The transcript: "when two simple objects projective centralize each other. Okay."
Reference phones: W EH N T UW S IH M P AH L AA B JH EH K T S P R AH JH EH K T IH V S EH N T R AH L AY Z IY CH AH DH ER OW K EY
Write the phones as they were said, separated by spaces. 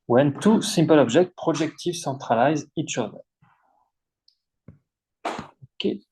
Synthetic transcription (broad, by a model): W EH N T UW S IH M P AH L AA B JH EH K T P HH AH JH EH K T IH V S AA T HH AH L AY Z IY CH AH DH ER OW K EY